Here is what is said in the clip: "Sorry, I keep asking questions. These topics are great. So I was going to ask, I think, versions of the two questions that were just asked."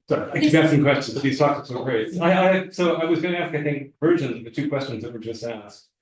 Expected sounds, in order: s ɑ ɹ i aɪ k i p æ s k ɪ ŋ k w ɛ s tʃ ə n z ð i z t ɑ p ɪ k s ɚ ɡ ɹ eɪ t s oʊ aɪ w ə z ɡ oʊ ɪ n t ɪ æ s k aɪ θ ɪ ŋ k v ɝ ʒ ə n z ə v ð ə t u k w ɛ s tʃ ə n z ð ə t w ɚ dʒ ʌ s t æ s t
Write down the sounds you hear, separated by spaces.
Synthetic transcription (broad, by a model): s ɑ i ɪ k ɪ b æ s ɪ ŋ k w ɛ s tʃ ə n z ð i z t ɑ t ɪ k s ɚ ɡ ɹ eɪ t s oʊ aɪ w ə z ɡ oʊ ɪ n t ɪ æ s k aɪ θ ɪ ŋ k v ɝ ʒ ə n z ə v ð ə t u k w ɛ s tʃ ə n z ð ə t w ɚ dʒ ʌ s t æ s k